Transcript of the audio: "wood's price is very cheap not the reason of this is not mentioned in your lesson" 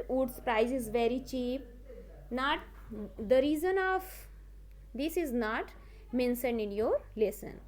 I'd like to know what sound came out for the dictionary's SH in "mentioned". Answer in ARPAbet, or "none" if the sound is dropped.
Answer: S